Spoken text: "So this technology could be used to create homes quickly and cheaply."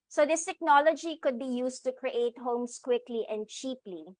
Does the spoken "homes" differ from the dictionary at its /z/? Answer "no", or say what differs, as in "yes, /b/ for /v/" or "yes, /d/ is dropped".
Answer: yes, /s/ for /z/